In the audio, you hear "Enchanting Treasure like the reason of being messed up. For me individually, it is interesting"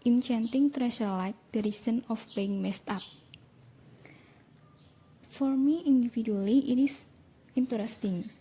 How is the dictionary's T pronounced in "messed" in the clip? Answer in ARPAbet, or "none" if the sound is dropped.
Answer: T